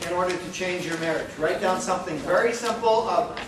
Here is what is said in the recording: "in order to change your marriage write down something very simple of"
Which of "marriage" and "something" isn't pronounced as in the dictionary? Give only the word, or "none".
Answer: none